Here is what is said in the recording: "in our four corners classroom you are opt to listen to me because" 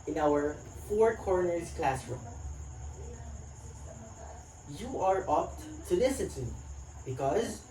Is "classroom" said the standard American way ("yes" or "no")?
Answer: yes